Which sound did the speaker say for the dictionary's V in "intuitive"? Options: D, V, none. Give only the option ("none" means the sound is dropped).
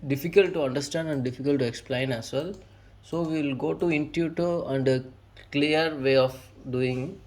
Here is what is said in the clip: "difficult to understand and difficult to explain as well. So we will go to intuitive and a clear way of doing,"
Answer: none